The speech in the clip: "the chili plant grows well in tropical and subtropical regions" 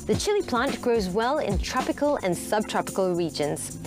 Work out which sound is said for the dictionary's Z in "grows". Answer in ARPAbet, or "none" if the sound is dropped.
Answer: Z